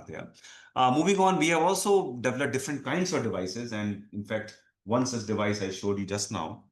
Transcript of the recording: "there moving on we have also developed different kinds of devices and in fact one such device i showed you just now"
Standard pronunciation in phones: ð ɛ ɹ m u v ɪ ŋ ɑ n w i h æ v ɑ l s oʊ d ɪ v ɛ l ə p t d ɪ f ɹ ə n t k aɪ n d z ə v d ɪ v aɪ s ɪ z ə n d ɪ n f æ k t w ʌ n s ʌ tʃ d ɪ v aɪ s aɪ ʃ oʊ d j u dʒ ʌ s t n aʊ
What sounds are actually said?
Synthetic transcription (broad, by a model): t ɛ m u v ɪ ŋ ɑ n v i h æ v ɑ l s oʊ d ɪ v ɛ l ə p d ɪ f ɹ ə n t k aɪ n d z ə v d ɪ v aɪ s ɪ z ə n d ɪ n f æ k t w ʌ n s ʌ s d ɪ v aɪ s aɪ ʃ oʊ d j u dʒ ʌ s t n aʊ